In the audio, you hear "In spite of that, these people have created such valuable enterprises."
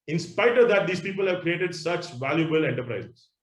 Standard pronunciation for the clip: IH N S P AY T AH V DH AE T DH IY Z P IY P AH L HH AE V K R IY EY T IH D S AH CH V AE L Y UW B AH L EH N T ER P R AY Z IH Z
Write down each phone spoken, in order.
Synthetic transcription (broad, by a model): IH N S P AY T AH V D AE T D IY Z P IY P AH L HH AE V K R IY EY T IH D S AH CH V AE L Y UW B AH L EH N T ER P R AY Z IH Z